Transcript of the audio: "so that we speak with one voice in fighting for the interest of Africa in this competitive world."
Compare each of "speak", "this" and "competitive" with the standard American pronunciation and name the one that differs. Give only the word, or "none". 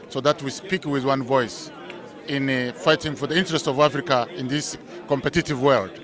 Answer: none